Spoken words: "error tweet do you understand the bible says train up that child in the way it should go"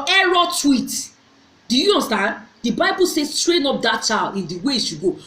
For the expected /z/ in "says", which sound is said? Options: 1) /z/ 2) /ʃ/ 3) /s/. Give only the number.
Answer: 3